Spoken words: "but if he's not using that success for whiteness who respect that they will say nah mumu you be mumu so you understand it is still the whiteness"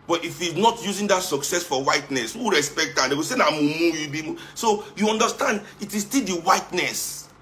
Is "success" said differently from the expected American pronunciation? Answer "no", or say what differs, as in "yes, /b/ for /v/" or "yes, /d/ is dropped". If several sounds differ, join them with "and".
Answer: no